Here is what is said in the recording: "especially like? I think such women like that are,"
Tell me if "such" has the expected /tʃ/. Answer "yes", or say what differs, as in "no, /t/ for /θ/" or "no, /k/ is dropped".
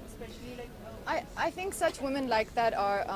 yes